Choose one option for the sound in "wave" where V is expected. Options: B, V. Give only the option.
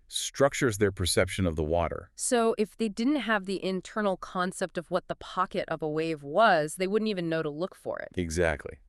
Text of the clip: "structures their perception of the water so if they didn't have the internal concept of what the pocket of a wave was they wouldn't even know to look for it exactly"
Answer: V